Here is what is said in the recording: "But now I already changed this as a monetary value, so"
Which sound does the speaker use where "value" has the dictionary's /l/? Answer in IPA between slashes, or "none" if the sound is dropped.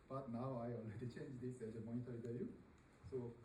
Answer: none